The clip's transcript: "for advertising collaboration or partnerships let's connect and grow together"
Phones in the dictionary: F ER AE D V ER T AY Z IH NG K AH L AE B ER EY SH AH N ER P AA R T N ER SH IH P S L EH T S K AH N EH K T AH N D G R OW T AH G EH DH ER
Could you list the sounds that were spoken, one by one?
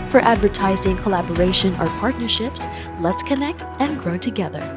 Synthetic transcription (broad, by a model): F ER AE D V ER T AY Z IH NG K AH L AE B ER EY SH AH N ER P AA R T N ER SH IH P S L EH T S K AH N EH K T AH N G R OW T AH G EH DH ER